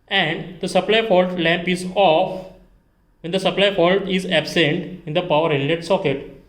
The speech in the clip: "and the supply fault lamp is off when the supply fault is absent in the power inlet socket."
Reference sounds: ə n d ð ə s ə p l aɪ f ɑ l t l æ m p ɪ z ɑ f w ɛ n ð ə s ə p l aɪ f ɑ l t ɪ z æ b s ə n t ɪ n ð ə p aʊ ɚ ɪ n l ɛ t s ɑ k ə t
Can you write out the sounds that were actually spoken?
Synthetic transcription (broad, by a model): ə n d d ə s ə p l aɪ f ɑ l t l æ m p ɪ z ɑ f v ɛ n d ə s ə p l aɪ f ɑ l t ɪ z æ b s ə n t ɪ n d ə p aʊ ɚ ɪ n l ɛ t s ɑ k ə t